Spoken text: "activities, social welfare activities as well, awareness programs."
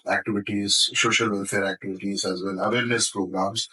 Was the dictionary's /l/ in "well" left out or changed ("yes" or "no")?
yes